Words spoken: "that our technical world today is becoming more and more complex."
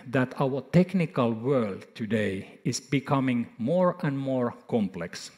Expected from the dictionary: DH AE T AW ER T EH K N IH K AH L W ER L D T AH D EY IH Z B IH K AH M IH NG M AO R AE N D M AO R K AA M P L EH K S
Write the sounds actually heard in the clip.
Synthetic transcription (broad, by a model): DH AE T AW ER T EH K N IH K AH L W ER L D T AH D EY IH S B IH K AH M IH NG M AO R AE N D M AO R K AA M P L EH K S